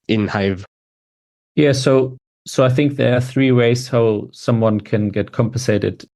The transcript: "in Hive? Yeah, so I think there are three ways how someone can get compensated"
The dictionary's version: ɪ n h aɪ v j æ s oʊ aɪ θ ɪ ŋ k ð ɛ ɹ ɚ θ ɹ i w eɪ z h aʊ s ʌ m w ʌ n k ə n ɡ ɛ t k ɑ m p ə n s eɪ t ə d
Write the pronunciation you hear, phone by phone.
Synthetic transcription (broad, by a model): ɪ n h aɪ v j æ s oʊ aɪ θ ɪ ŋ k ð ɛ ɹ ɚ θ ɹ i w eɪ z h aʊ s ʌ m w ʌ n k ə n ɡ ɛ t k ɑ m p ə n s eɪ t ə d